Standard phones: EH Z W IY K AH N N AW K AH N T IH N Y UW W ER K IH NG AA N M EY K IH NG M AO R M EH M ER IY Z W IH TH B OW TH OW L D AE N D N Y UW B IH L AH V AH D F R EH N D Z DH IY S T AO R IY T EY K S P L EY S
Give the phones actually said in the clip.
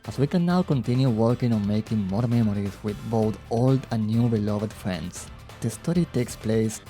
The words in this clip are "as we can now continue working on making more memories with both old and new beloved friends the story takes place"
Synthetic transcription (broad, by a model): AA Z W IY K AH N N AW K AH N T IH N Y UW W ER K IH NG AA N M EY K IH NG M AO R M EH M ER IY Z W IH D B OW T OW L D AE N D N Y UW B IH L AH V AH D F R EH N D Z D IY S T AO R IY T EY K S P L EY S